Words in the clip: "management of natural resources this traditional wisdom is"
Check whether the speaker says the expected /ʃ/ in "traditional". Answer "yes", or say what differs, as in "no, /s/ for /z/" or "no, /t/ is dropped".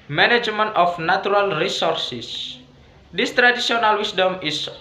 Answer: no, /s/ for /ʃ/